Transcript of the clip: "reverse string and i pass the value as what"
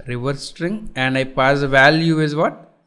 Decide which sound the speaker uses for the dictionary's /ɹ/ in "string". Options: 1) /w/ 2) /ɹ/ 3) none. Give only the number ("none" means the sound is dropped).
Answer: 2